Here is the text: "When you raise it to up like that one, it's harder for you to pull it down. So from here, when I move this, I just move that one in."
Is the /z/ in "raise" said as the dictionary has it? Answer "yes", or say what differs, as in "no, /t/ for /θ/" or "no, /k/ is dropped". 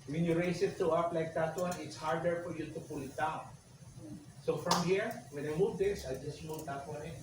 no, /s/ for /z/